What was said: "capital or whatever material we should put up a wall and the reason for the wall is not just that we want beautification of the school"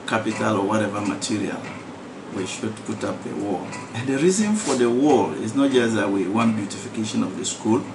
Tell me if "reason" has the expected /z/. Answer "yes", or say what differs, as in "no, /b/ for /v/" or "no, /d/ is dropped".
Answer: yes